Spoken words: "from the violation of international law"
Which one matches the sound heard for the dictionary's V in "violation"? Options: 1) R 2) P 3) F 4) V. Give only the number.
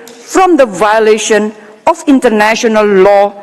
4